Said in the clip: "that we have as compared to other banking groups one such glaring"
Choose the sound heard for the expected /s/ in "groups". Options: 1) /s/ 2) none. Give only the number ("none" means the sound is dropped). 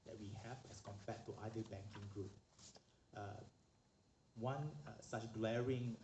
2